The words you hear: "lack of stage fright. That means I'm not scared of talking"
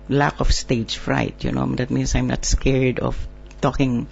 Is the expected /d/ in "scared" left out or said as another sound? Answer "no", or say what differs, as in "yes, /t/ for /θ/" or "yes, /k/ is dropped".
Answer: no